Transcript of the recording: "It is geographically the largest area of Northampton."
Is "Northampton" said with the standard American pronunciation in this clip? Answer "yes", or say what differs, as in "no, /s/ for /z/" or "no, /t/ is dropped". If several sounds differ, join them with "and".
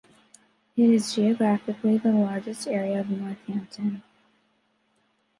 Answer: no, /p/ is dropped